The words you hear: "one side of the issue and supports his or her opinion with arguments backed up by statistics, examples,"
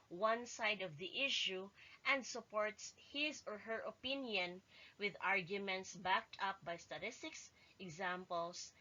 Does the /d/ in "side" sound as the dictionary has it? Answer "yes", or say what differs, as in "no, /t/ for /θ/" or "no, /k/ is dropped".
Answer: yes